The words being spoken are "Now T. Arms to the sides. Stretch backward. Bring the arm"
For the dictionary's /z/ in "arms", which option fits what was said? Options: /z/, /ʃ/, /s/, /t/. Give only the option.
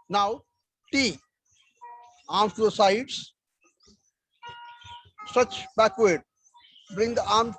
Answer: /s/